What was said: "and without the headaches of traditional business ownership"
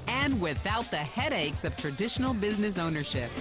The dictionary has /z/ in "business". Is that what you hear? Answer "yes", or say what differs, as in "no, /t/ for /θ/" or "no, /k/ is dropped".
yes